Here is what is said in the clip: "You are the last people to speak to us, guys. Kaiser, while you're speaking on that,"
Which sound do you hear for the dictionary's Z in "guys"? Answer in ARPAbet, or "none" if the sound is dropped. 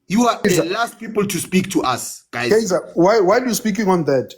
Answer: none